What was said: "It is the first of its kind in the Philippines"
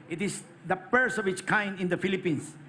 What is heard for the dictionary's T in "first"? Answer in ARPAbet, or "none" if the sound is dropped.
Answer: none